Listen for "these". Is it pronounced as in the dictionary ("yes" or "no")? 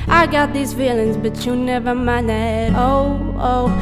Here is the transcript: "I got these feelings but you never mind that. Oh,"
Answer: yes